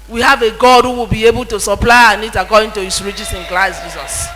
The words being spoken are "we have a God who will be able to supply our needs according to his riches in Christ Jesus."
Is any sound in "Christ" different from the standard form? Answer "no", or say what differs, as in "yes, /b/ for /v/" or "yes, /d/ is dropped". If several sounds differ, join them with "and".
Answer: yes, /l/ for /ɹ/